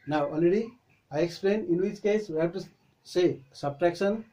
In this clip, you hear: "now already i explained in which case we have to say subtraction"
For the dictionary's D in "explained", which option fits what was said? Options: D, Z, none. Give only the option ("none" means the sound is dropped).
none